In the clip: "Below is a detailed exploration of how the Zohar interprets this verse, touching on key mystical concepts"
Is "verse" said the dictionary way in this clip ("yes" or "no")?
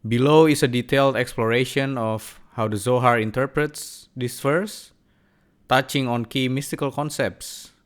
no